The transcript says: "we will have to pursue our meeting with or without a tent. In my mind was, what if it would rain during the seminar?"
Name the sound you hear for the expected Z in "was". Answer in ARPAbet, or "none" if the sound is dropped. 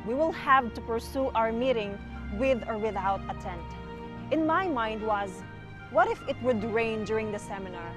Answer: Z